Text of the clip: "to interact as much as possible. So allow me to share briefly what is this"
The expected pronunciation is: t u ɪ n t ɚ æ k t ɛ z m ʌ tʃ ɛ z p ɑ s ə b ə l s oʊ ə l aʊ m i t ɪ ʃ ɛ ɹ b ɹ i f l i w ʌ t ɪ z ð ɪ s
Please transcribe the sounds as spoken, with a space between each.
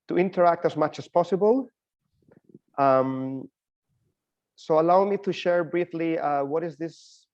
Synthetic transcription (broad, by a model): t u ɪ n t ɚ æ k t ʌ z m ʌ tʃ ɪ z p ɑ s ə b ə l s oʊ ə l aʊ m i t ɪ ʃ ɛ ɹ b ɹ i f l i w ʌ t ɪ z ð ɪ s